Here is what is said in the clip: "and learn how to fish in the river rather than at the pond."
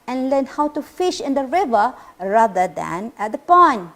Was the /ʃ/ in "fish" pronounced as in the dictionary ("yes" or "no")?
yes